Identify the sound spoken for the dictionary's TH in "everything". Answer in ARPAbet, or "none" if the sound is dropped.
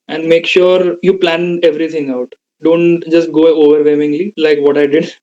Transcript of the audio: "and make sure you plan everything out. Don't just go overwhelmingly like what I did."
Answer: T